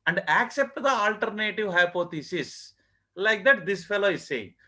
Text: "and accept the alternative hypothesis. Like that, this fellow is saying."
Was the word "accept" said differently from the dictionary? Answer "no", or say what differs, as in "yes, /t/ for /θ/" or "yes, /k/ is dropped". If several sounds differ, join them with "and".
no